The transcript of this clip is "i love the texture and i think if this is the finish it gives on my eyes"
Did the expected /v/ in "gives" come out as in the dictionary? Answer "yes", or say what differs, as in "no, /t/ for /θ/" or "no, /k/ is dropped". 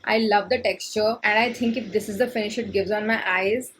yes